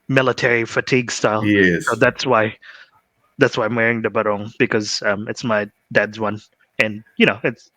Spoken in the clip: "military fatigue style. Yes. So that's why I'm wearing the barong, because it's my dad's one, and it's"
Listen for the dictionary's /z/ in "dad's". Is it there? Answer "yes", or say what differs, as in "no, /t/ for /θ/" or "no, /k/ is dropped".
yes